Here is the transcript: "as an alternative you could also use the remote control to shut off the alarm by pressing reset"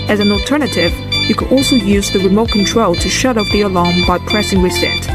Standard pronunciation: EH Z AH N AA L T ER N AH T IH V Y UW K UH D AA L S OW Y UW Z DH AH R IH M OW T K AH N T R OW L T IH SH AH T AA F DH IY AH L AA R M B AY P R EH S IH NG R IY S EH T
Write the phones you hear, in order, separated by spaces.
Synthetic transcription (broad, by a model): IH Z AH N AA L T ER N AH T IH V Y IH K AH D AA L S OW Y UW Z DH AH R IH M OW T K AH N T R OW L T IH SH AH T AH P DH IY AH L AA R M B AY P R EH S IH NG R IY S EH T